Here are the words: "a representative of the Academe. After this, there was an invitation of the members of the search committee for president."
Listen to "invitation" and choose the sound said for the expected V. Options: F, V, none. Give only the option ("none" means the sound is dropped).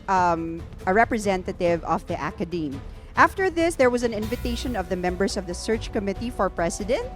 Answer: V